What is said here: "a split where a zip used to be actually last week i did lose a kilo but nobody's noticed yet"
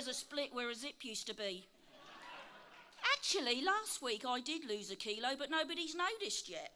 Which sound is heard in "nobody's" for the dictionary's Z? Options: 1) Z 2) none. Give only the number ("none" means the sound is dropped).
1